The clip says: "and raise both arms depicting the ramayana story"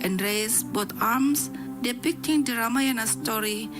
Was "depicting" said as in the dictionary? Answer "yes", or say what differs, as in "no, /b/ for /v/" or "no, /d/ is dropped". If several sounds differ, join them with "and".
yes